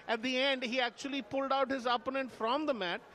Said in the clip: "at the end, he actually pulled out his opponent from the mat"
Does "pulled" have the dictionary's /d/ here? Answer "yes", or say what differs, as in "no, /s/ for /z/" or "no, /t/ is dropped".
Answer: yes